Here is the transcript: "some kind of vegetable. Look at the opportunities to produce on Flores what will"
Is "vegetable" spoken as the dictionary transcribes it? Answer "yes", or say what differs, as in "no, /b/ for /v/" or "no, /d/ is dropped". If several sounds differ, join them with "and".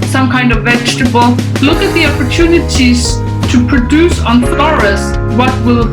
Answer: yes